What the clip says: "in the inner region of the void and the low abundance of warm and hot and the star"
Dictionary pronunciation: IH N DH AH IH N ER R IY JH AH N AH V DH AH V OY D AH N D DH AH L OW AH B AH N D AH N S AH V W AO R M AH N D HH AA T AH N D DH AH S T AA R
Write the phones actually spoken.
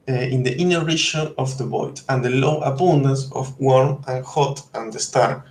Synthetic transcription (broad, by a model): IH N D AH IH N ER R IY SH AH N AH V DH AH B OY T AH N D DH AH L OW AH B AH N D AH N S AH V W AO R M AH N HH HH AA T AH N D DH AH S T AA R